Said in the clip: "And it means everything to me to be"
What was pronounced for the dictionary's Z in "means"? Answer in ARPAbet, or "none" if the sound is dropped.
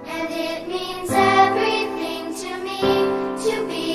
Z